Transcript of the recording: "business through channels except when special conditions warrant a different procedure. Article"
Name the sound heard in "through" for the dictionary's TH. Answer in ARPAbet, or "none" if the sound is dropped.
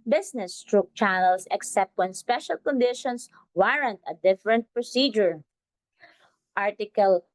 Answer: T